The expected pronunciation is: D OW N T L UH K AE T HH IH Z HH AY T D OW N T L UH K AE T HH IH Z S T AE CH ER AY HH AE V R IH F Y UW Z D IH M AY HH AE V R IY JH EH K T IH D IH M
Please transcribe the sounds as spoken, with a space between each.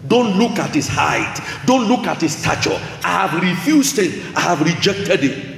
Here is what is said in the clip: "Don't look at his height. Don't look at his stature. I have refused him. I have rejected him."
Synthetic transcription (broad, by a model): D OW N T L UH K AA T HH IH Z HH AY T D OW N T L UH K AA T HH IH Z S T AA CH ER AY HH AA V R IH F Y UW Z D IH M AY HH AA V R IY JH EH K T IH D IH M